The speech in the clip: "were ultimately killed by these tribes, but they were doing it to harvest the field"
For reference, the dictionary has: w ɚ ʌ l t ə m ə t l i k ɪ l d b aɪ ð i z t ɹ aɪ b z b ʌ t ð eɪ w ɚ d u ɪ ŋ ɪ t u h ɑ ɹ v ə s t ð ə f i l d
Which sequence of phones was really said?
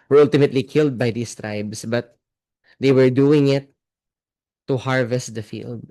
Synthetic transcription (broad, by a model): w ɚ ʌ l t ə m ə t l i k ɪ l d b aɪ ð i s t ɹ aɪ b s b ʌ t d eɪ w ɚ d u ɪ ŋ ɪ t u h ɑ ɹ v ə s t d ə f i l d